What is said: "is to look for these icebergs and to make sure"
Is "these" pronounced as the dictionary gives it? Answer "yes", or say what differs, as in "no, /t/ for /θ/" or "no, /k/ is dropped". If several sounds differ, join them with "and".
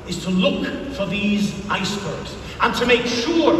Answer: yes